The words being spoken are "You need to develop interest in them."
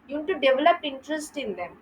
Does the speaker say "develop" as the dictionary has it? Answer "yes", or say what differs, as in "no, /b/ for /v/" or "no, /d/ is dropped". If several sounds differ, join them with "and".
yes